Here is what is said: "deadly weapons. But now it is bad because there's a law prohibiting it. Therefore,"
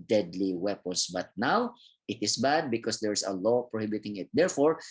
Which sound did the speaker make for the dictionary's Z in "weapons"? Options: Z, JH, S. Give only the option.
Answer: S